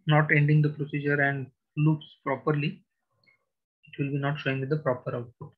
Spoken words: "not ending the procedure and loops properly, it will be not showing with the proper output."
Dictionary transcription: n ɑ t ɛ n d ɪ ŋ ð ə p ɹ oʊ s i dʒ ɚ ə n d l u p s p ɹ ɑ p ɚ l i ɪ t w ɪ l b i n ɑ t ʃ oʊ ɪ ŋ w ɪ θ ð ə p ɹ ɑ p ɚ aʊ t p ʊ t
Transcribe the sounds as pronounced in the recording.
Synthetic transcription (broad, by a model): n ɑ t ɛ n d ɪ ŋ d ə p ɹ oʊ s i dʒ ɚ ə n d l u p s p ɹ ɑ p ɚ l i ɪ t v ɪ l b i n ɑ t ʃ oʊ ɪ ŋ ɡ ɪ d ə p ɹ ɑ p ɚ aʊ t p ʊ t